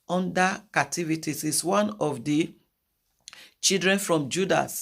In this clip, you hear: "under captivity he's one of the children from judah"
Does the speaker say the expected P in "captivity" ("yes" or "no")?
no